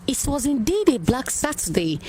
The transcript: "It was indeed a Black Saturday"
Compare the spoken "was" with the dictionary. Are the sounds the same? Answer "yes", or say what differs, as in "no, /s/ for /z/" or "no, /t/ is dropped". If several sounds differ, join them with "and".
yes